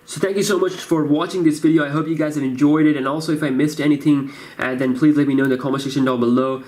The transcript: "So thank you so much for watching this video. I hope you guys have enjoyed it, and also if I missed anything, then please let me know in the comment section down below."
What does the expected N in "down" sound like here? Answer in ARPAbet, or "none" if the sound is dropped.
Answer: L